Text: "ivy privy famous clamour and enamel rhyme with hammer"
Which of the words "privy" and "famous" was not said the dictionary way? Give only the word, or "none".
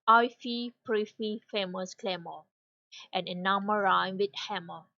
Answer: privy